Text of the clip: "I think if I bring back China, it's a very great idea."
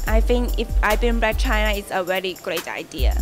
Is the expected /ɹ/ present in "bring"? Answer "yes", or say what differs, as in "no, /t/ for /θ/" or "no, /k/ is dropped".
no, /ɹ/ is dropped